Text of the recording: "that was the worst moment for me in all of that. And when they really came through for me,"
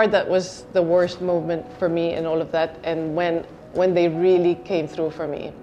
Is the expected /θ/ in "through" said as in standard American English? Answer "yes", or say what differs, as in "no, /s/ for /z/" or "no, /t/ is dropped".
yes